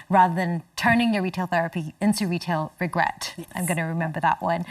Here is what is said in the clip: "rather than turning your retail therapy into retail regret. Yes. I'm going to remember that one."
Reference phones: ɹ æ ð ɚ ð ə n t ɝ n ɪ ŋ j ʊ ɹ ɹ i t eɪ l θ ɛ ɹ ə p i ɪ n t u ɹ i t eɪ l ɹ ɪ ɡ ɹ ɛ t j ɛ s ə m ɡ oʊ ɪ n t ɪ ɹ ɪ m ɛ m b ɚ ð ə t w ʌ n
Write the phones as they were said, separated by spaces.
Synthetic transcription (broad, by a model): ɹ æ ð ɚ ð ə n t ɝ n ɪ ŋ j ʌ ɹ ɹ i t eɪ l θ ɛ ɹ ə p i ɪ n t u ɹ i t eɪ l ɹ ɪ ɡ ɹ ɛ t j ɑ ə m ɡ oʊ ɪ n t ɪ ɹ ɪ m ɛ m b ɚ ð ə t w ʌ n